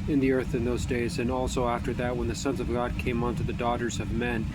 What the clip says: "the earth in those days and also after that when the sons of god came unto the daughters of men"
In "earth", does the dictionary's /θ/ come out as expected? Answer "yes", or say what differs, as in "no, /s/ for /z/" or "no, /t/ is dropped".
yes